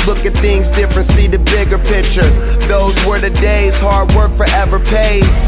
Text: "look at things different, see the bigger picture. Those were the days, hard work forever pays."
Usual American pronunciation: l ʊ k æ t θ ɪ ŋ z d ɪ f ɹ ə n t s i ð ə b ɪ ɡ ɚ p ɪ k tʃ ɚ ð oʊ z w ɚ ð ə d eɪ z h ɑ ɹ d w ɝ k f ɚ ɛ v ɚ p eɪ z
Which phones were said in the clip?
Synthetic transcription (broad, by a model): l ʊ k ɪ t θ ɪ ŋ z d ɪ f ɹ ə n t s i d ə b ɪ ɡ ɚ p ɪ k tʃ ɚ ð oʊ z w ɚ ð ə d eɪ z h ɑ ɹ d w ɝ k f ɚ ɛ v ɚ p eɪ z